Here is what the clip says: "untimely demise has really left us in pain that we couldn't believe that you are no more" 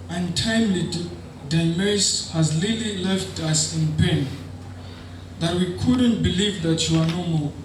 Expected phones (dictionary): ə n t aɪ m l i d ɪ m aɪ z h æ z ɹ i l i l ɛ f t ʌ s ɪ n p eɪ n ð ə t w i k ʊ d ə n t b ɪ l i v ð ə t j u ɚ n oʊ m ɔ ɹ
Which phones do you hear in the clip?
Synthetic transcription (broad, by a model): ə n t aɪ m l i d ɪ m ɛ s h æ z l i l i l ɛ f t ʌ s ɪ n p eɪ n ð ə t w i k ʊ d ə n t b ɪ l i v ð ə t j u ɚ n oʊ m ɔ